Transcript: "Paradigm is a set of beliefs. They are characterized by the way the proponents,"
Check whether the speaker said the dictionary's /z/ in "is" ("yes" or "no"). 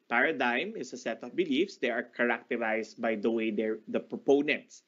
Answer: no